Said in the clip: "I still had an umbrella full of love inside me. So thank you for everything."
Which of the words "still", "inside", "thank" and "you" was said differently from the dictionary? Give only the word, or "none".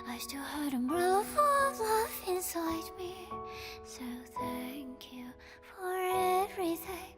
none